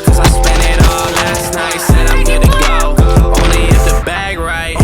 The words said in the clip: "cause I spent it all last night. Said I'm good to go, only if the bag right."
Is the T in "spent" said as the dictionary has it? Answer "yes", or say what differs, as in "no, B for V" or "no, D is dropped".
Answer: no, T is dropped